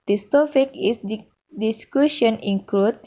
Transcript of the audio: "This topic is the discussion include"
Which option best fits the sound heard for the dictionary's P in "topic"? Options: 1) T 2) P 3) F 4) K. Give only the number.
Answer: 3